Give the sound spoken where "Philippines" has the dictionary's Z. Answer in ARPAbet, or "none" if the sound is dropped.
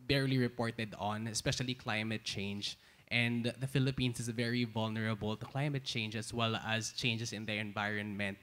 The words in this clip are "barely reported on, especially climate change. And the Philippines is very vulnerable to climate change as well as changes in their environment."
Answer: S